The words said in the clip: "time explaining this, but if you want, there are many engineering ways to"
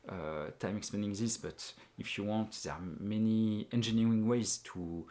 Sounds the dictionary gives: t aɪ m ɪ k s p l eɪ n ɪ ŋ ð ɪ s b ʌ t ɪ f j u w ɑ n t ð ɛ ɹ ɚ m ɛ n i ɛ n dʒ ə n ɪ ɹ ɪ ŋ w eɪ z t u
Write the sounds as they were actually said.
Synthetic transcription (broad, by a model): t aɪ m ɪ k s p eɪ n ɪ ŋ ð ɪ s b ʌ t ɪ f j u w ɑ n t ð ɛ ɹ m ɛ n i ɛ n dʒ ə n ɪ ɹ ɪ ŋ w eɪ z t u